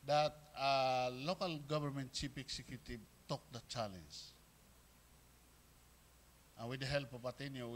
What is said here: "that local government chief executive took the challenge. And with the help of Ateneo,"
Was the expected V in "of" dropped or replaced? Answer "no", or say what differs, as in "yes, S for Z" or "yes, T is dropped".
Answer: yes, P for V